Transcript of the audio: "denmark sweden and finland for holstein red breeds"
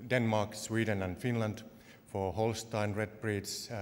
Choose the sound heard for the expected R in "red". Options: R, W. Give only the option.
R